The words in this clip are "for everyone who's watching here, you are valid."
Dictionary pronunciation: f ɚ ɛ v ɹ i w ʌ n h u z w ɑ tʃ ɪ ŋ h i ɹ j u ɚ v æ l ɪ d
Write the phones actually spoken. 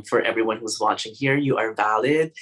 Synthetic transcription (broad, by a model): f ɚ ɛ v ɹ i w ʌ n h u z w ɑ tʃ ɪ ŋ h i ɹ j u ɚ v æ l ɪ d